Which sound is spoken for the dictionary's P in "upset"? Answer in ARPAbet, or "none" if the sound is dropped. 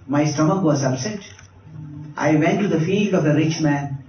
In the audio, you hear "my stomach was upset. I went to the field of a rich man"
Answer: B